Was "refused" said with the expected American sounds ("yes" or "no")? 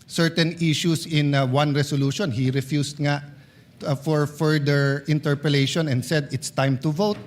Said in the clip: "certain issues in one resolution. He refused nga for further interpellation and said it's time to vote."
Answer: no